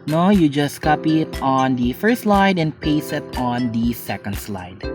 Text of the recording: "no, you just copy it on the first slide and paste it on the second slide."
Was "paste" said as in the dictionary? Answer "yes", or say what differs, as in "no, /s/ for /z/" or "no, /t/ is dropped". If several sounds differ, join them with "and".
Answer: no, /t/ is dropped